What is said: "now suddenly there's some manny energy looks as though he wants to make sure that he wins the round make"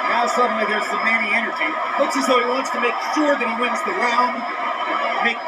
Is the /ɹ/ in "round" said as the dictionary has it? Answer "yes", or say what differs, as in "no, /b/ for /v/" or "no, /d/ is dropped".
no, /l/ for /ɹ/